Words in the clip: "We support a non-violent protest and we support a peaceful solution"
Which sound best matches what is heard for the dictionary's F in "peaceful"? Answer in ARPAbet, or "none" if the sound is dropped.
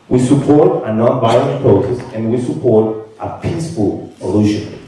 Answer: P